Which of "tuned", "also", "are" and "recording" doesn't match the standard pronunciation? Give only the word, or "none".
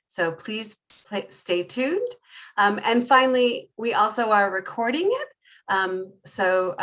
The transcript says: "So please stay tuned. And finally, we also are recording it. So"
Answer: none